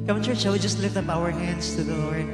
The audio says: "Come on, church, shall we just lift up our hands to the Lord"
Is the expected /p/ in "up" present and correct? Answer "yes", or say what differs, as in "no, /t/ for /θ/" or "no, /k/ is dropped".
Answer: no, /b/ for /p/